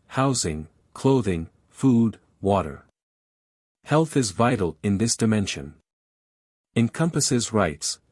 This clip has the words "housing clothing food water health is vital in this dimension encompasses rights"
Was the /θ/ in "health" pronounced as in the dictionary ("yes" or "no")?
yes